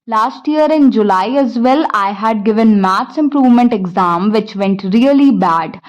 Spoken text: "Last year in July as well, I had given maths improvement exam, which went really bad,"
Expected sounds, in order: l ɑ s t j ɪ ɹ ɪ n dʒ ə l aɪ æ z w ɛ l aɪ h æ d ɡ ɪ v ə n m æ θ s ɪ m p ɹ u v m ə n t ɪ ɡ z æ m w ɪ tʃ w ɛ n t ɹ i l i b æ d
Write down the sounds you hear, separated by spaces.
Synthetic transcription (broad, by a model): l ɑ s t j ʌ ɹ ɪ n dʒ ə l aɪ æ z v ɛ l aɪ h æ d ɡ ɪ v ə n m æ t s ɪ m p ɹ u v m ə n t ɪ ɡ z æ m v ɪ tʃ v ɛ n t ɹ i l i b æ d